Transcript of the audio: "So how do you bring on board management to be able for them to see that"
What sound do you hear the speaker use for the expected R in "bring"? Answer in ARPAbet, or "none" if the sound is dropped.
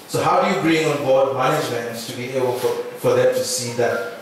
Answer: R